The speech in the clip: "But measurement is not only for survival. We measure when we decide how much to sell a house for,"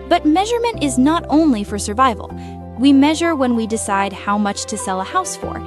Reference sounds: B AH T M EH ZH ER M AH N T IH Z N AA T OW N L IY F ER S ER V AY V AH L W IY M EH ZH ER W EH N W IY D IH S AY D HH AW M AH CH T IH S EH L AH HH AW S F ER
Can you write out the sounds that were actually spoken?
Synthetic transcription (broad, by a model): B AH T M EH ZH ER M AH N T IH Z N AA T OW N L IY F ER S ER V AY V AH L W IY M EH ZH ER W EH N W IY D IH S AY D HH AW M AH CH T IH S EH L AH HH AW S F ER